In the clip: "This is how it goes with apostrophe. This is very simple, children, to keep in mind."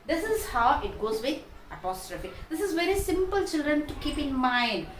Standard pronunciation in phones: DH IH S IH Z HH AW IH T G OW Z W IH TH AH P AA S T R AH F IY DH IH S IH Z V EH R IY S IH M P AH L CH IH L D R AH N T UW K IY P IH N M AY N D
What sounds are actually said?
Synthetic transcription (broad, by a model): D IH S IH Z HH AW IH T G OW Z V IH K AH P AA S T R AH F IY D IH S IH Z V EH R IY S IH M P AH L CH IH L D R AH N T UW K IY P IH N M AY N D